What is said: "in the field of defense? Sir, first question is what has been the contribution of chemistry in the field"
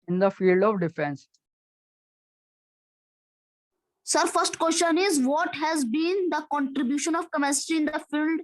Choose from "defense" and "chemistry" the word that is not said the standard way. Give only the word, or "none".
chemistry